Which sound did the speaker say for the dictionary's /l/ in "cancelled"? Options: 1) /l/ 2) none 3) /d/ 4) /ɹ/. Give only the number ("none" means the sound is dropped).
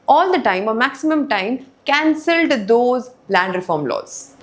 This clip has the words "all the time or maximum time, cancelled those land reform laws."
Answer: 1